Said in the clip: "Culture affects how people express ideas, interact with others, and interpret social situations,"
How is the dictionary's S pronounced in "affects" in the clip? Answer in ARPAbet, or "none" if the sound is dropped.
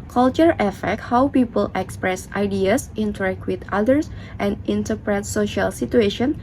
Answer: none